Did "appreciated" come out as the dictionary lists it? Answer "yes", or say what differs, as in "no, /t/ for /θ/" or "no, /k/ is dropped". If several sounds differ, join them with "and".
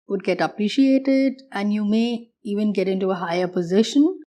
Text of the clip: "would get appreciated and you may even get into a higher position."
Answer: yes